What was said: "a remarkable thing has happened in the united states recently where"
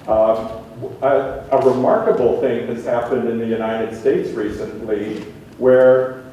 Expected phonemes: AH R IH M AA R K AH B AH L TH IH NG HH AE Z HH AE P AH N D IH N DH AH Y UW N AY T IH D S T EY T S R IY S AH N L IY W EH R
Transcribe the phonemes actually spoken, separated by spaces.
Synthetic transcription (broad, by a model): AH R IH M AA R K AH B L TH IH NG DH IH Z HH AE P AH N D IH N DH AH Y UW N AY T IH D S T EY T S R IY S AH N L IY W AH R